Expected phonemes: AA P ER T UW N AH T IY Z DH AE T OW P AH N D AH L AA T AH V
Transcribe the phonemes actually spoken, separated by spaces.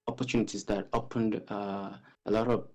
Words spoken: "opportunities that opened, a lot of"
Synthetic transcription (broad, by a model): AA P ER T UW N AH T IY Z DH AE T OW P AH N D AH L AA T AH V